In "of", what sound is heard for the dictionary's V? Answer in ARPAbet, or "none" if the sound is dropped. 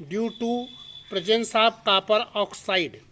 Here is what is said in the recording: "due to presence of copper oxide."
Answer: B